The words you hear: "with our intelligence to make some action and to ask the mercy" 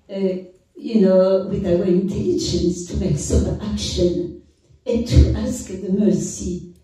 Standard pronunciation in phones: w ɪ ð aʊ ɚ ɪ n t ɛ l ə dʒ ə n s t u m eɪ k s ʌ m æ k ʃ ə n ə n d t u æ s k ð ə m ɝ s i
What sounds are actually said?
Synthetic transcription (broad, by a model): w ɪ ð aʊ ɚ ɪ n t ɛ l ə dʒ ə n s t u m eɪ k s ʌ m æ k ʃ ə n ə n t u æ s k ð ə m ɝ s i